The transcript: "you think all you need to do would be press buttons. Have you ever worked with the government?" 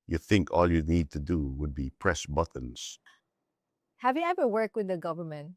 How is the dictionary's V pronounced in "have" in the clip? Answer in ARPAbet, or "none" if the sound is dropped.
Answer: V